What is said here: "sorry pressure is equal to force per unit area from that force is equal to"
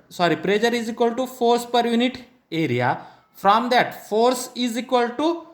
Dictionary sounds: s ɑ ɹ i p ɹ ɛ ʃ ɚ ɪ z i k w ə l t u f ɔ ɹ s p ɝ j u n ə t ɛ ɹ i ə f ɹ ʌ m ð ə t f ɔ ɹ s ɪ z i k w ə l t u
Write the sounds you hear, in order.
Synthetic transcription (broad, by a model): s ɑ ɹ i p ɹ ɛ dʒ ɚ ɪ z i k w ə l t u f ɔ ɹ s p ɝ j u n ə t ɛ ɹ i ə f ɹ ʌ m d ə t f ɔ ɹ s ɪ z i k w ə l t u